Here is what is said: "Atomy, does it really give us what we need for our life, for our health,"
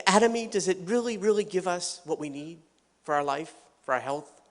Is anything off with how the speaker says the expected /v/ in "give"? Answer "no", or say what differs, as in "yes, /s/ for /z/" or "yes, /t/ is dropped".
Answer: no